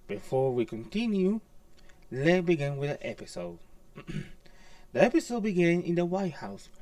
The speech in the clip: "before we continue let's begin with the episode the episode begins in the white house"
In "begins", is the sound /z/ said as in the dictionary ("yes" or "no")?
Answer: no